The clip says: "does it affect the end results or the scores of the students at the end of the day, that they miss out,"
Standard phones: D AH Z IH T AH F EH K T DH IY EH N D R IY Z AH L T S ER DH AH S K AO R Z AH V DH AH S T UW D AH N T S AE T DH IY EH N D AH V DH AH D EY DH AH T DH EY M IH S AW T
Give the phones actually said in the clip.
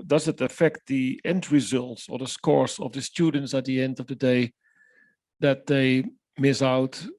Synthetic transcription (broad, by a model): D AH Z IH T AH F EH K T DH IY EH N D R IY Z AH L T S ER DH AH S K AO R S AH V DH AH S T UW D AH N T S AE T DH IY EH N D AH V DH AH D EY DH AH T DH EY M IH S AW T